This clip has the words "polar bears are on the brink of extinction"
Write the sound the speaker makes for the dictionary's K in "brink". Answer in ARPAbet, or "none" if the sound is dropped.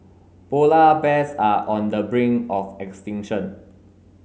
none